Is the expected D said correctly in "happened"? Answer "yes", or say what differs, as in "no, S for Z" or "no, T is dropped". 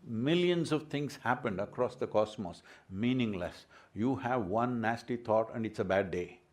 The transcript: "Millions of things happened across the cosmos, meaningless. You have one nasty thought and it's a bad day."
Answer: yes